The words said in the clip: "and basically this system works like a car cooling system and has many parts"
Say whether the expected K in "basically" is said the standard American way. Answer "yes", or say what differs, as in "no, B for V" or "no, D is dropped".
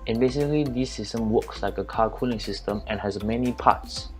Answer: no, K is dropped